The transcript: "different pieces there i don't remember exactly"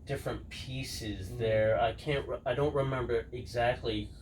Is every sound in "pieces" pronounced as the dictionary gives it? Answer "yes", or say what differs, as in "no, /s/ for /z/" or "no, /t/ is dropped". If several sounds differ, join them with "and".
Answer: yes